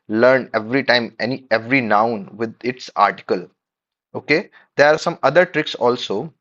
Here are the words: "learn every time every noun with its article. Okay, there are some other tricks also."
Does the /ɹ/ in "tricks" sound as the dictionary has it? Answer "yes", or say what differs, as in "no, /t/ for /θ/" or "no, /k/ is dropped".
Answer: yes